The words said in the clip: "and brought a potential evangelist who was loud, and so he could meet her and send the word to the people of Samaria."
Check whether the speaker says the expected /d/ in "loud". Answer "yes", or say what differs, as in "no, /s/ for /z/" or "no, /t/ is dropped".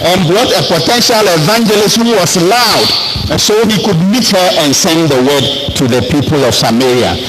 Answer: no, /d/ is dropped